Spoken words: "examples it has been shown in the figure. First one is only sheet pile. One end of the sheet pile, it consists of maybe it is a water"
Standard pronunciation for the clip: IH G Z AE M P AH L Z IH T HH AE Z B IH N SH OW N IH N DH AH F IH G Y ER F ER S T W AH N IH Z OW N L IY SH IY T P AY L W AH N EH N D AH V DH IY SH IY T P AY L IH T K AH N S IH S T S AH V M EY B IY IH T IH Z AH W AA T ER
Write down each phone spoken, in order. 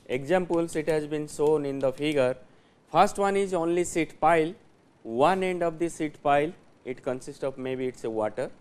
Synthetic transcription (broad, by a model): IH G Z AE M P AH L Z IH T HH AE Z B IH N S OW N IH N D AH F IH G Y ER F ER S T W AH N IH Z OW N L IY S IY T P AY L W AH N EH N D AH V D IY S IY T P AY L IH T K AH N S IH S T S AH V M EY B IY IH T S AH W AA T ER